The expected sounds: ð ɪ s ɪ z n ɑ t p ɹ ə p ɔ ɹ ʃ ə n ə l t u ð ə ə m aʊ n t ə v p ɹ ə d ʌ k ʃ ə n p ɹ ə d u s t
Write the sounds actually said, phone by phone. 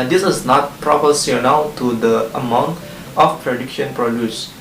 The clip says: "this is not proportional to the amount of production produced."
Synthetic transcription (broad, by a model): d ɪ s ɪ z n ɑ t p ɹ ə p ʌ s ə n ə w t u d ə ə m aʊ n t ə f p ɹ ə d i k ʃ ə n p ɹ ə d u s